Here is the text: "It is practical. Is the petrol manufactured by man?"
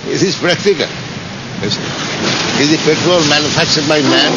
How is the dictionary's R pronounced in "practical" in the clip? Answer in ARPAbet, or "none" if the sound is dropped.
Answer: R